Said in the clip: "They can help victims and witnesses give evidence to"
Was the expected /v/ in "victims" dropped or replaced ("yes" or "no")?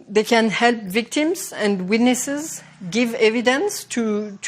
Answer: no